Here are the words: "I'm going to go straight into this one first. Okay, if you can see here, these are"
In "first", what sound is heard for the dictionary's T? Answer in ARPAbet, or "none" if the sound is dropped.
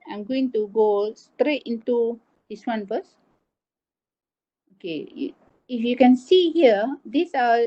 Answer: none